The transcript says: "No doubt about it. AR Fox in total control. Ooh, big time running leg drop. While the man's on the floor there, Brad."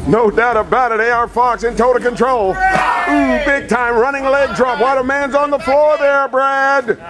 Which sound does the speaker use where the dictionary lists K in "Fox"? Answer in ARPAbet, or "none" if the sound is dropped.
K